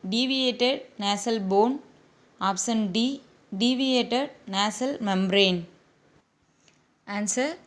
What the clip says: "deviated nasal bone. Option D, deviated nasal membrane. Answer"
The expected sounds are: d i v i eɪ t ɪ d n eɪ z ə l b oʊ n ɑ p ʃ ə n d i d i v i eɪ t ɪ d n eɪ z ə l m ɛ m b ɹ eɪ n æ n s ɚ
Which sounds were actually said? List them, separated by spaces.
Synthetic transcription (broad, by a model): d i v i eɪ t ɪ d n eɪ s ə l b oʊ n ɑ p s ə n d i d i v i eɪ t ɪ d n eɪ s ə l m ɛ m b ɹ eɪ n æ n s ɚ